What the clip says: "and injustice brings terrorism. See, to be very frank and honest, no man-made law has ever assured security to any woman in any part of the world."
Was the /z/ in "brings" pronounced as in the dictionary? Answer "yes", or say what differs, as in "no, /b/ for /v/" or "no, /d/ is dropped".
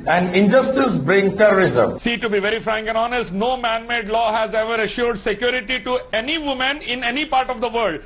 no, /z/ is dropped